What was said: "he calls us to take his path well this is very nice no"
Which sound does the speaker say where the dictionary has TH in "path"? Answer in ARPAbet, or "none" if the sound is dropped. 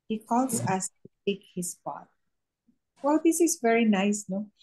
T